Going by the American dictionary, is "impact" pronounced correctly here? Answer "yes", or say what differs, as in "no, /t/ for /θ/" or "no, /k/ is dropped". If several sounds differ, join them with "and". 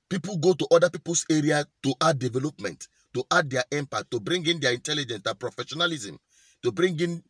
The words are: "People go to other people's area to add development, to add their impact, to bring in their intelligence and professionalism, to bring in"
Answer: no, /k/ is dropped